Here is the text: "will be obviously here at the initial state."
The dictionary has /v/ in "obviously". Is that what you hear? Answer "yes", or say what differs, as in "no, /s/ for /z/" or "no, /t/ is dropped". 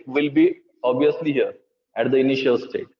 no, /v/ is dropped